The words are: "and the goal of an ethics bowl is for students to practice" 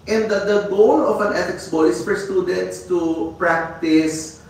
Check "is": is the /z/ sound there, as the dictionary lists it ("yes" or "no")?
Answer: no